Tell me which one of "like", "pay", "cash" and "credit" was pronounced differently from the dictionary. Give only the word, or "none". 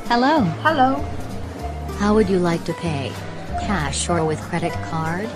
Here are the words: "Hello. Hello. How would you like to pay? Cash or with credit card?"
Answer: none